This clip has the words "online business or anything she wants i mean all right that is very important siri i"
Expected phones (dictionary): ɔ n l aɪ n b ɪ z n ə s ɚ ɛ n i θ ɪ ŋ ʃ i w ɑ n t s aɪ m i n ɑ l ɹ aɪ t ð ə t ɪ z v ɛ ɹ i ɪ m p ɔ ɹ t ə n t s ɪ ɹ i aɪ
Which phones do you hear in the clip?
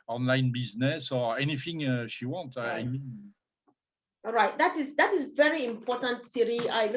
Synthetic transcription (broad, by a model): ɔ n l aɪ n b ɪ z n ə s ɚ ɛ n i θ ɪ ŋ ʃ i w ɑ n t aɪ m i n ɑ ɹ aɪ t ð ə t ɪ z v ɛ ɹ i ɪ m p ɔ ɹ t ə n t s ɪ ɹ i aɪ